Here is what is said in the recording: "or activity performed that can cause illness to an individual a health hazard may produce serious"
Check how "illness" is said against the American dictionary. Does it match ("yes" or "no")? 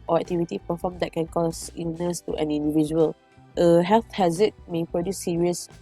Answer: no